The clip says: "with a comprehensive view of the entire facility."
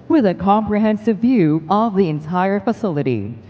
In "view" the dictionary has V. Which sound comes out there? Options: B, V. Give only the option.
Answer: V